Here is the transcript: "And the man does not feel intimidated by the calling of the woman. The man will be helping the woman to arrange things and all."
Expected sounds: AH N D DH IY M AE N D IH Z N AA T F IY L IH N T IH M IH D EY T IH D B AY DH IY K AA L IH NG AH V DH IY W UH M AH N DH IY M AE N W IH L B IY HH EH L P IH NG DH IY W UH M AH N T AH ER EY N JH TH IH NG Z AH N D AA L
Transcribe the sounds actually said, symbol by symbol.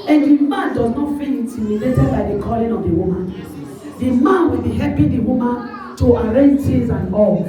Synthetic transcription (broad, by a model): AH N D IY M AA N D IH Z N AA T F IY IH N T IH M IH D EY T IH B AY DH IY K AA L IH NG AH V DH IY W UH M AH N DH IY M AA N W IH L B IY HH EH P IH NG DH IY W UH M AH N T AH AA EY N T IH Z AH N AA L